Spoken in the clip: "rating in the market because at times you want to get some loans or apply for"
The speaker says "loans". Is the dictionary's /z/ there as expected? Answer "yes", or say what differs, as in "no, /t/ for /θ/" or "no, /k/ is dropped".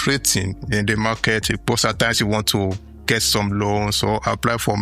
no, /s/ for /z/